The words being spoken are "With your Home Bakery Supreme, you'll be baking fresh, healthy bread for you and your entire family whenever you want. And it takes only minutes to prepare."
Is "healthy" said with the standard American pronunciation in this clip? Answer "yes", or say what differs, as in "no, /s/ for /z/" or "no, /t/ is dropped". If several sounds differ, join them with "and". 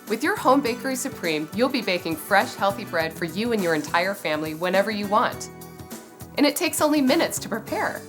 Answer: yes